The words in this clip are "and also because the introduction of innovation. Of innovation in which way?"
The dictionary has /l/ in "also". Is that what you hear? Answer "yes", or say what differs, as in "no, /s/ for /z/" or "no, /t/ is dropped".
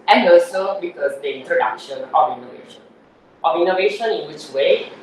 no, /l/ is dropped